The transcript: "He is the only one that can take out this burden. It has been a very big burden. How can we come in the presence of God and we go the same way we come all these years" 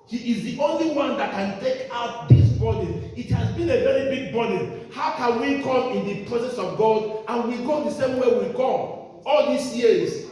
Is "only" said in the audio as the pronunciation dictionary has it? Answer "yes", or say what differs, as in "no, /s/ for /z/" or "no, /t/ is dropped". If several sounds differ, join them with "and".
yes